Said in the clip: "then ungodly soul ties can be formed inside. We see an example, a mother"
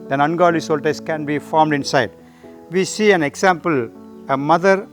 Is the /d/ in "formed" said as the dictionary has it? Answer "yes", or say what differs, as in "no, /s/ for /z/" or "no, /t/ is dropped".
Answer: yes